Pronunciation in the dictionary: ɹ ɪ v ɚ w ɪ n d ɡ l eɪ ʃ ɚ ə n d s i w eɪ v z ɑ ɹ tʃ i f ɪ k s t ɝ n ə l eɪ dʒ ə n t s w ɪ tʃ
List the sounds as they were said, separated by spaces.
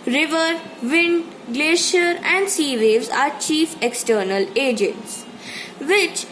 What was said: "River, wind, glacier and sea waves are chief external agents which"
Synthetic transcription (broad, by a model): ɹ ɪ v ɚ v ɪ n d ɡ l eɪ ʃ ɚ ə n d s i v eɪ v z ɑ ɹ tʃ i f ɪ k s t ɝ n ə l eɪ dʒ ə n t s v ɪ tʃ